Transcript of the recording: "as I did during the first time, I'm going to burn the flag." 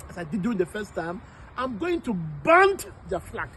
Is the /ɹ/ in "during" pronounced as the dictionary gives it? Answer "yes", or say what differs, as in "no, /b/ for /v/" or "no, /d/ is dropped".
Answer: no, /ɹ/ is dropped